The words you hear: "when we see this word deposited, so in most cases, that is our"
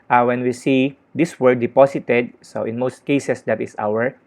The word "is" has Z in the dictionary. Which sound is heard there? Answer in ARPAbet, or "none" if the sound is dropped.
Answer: S